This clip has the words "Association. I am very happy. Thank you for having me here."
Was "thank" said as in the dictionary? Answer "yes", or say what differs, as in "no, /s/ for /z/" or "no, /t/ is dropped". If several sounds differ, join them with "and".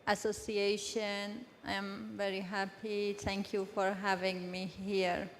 no, /t/ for /θ/